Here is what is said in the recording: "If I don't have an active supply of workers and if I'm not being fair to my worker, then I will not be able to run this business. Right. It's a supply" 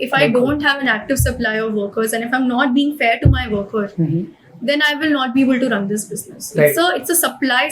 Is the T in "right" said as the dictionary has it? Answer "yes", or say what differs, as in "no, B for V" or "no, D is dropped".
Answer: no, T is dropped